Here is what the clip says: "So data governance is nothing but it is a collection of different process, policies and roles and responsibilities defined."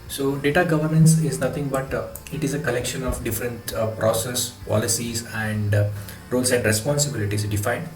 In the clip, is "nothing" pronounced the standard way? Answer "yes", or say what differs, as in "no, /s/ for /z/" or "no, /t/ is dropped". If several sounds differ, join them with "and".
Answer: no, /t/ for /θ/